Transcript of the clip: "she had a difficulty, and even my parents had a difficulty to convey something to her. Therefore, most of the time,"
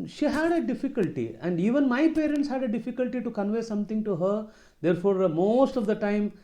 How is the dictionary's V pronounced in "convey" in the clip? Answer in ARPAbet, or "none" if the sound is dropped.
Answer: V